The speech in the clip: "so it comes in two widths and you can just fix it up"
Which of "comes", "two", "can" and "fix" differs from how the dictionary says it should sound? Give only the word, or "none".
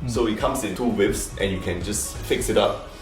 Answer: comes